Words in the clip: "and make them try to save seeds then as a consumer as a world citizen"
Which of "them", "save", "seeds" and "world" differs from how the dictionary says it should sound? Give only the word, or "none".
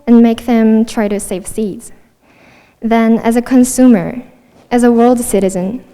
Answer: none